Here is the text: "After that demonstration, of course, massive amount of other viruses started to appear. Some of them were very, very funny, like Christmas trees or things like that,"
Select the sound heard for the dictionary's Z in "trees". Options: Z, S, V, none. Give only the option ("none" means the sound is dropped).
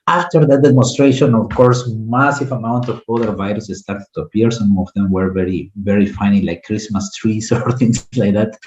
S